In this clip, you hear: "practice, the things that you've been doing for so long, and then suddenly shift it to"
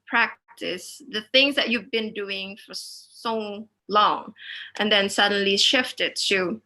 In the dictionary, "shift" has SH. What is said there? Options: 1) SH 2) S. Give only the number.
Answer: 1